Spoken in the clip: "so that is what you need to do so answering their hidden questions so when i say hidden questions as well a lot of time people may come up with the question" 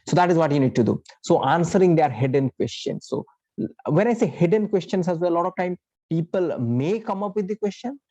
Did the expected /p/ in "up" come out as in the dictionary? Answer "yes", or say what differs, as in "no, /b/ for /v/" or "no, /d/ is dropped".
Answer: yes